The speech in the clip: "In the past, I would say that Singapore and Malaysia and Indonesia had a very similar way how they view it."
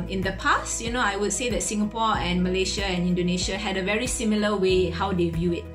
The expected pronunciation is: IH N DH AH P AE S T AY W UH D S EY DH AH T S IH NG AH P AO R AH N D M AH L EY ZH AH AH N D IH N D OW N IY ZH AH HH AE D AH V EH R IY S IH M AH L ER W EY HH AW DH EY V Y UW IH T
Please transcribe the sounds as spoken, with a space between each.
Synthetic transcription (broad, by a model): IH N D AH P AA S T AY W UH D S EY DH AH T S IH NG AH P AO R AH N M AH L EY SH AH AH N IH N D OW N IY SH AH HH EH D AH V EH R IY S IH M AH L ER W EY HH AW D EY V Y UW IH T